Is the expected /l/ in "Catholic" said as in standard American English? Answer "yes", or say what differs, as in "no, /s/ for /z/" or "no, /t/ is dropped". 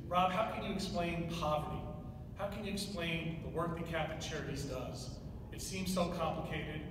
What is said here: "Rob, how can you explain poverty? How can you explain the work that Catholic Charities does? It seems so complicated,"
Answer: no, /l/ is dropped